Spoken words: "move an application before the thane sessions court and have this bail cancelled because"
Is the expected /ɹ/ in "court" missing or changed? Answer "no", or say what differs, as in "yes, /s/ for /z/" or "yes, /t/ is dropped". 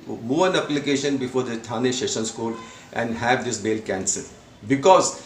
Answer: yes, /l/ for /ɹ/